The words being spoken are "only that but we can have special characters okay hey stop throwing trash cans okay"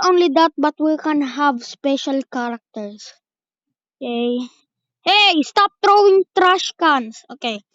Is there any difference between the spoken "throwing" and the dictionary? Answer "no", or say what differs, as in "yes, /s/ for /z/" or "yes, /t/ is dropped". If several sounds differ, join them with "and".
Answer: yes, /t/ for /θ/